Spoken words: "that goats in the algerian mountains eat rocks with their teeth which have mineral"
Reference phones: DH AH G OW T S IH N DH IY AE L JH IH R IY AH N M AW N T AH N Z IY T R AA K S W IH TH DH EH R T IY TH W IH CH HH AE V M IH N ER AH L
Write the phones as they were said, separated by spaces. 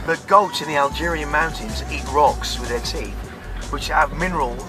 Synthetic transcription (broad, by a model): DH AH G OW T IH N DH IY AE L JH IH R IY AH N M AW N T AH N Z IY T R AA K S W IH DH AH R T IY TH W IH CH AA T M IH N ER AH L